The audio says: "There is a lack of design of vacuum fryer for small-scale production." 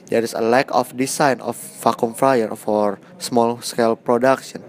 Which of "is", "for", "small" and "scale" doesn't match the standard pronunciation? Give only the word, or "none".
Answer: is